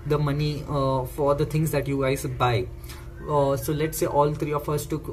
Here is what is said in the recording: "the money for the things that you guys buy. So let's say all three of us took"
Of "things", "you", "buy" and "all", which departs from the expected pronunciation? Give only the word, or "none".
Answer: things